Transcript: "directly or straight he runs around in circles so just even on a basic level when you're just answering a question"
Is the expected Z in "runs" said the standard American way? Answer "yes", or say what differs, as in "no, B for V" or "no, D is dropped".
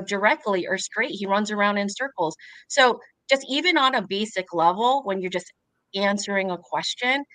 yes